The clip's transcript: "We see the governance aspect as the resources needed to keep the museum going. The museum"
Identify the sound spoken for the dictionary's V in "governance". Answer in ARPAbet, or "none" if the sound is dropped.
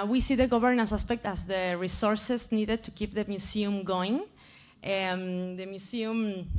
B